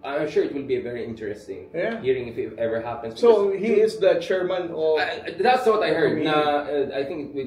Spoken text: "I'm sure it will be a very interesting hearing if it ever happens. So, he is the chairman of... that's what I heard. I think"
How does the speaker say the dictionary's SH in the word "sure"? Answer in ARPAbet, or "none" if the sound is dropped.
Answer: SH